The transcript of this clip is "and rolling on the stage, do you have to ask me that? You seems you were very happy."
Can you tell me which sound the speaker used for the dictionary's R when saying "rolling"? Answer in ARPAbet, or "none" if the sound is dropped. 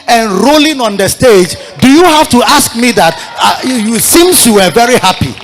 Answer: R